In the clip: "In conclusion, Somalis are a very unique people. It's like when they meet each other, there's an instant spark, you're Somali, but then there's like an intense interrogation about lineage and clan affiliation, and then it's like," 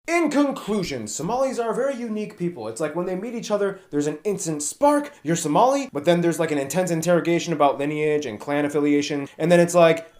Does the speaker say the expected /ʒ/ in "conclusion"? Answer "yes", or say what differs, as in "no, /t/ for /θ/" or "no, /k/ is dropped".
yes